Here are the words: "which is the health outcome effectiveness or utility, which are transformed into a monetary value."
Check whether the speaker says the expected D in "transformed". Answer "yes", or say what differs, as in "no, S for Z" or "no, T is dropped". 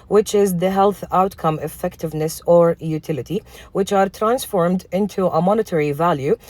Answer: yes